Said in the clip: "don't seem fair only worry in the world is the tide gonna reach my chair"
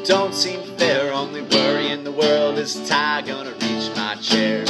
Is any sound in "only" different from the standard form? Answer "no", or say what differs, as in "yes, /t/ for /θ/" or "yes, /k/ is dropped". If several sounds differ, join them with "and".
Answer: no